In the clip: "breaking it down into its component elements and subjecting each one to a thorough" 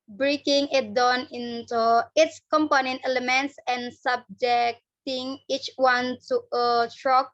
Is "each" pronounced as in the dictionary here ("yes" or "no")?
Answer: yes